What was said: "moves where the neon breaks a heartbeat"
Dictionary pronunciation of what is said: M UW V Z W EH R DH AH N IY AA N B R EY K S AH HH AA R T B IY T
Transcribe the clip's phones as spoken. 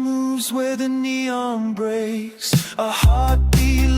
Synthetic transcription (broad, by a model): M UW V Z W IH DH AH N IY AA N B R EY S AH HH AA R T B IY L